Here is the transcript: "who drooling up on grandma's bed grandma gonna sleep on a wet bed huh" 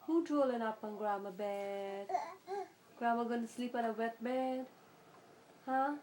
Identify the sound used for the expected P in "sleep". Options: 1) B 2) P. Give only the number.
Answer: 2